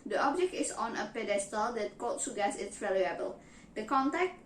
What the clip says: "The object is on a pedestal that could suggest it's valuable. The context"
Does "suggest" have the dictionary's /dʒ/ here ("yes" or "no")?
no